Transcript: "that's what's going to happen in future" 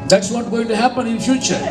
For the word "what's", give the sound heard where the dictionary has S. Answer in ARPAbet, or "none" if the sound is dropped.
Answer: none